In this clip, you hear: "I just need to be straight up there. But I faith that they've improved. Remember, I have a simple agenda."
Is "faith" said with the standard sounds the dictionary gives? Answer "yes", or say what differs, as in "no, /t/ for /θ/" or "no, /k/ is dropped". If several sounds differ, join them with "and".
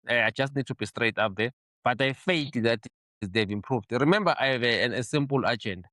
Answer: no, /t/ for /θ/